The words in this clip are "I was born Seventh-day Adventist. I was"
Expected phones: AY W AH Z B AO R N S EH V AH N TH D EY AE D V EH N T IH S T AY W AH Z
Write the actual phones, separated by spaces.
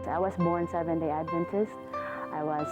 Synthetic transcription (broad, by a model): AY W AH Z B AO R N S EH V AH N D EY AE D V EH N T IH S T AY W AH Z